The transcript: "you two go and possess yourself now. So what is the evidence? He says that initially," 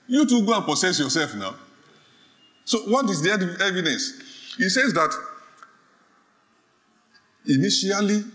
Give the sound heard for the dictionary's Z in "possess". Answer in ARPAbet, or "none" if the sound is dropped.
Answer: S